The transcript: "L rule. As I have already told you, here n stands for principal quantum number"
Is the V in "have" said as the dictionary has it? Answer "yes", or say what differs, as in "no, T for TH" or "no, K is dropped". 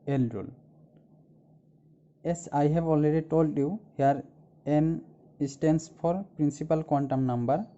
no, B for V